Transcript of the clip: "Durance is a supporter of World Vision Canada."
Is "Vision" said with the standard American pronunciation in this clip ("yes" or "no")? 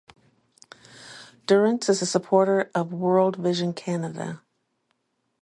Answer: yes